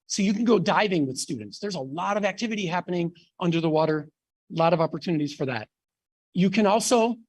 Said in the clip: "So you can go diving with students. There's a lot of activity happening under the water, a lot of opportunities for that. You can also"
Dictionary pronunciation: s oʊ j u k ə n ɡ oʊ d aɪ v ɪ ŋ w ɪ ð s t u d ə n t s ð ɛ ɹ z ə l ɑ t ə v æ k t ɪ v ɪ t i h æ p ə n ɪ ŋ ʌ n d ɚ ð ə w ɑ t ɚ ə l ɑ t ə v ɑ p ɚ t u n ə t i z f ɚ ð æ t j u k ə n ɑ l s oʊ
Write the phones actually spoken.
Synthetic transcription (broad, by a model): s oʊ j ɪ k n ɡ oʊ d aɪ v ɪ ŋ w ɪ ð s t u d n t s ð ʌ ɹ z ə l ɑ t ə v æ k t ɪ v ɪ t i h æ p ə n ɪ ŋ ʌ n d ɚ ð ə w ɑ t ɚ l ɑ t ə v ɑ p ɚ t u n ə t i z f ɚ ð æ t j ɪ k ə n ɑ l s oʊ